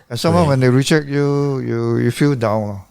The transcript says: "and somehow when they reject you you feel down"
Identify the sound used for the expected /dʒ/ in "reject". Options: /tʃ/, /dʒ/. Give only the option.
/tʃ/